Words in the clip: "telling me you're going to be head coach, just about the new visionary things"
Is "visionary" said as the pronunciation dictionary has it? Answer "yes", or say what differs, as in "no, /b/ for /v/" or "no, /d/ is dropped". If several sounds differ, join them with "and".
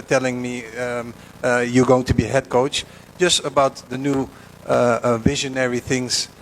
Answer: yes